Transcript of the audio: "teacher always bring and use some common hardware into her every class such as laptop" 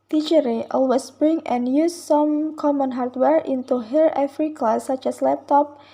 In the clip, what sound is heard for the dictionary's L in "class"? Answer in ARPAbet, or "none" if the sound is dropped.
none